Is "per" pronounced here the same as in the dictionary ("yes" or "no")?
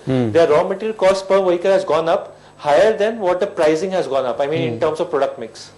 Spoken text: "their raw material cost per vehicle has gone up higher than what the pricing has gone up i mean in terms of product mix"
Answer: yes